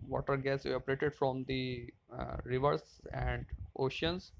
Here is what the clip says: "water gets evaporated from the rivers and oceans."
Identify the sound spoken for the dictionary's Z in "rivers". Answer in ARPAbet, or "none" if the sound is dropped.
S